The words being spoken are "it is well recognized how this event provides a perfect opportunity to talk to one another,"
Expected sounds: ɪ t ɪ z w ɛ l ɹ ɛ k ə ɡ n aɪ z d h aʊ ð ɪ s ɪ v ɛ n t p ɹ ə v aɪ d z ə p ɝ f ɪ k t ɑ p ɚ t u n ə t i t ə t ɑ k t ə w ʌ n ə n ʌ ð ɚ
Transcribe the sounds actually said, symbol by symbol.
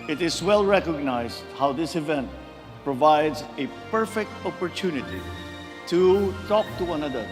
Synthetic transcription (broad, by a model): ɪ t ɪ z w ɛ l ɹ ɛ k ə ɡ n aɪ z d h aʊ ð ɪ s ɪ v ɛ n t p ɹ ə v aɪ d z ə p ɝ f ɪ k t ɑ p ɚ t u n ə t i t ə t ɑ k t ə w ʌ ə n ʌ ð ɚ